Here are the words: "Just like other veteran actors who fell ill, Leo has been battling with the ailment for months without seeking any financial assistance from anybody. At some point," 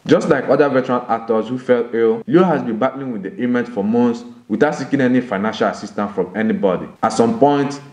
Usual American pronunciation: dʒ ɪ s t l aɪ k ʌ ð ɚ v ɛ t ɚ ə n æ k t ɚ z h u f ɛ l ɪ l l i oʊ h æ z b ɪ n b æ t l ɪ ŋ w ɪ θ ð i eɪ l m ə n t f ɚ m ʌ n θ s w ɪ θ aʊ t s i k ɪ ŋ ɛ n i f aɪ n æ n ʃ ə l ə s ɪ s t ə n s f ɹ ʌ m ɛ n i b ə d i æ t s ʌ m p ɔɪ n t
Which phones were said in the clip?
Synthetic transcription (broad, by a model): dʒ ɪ s t l aɪ k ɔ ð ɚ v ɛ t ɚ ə l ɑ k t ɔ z h u f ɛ l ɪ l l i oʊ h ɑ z b ɪ n b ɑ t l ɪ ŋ w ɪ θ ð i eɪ m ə n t f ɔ m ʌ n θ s w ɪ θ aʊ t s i k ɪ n ɛ n i f aɪ n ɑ n ʃ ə l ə s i s t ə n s f ɹ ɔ m ɛ n i b ə d i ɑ t s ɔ m p ɔɪ n t